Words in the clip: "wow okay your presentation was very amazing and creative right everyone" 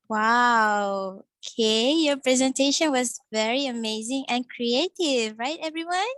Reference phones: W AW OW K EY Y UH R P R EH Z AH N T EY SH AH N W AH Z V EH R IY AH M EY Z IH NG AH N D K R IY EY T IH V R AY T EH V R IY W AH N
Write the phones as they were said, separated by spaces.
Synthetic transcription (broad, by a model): W AW OW K EY Y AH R P R EH Z AH N T EY SH AH N W AH Z V EH R IY AH M EY Z IH NG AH N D K R IY EY T IH V R AY T EH V R IY W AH N